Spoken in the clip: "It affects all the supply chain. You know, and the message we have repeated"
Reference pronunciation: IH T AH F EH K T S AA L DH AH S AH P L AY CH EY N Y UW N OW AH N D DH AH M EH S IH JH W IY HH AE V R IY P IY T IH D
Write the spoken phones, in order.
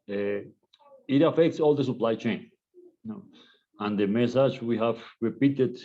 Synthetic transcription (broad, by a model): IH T AH F EH K T S AA L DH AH S AH P L AY CH EY N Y N OW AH N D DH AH M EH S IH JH W IY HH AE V R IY P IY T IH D